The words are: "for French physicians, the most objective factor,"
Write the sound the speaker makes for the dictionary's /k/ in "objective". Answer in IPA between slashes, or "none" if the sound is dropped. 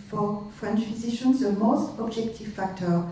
/k/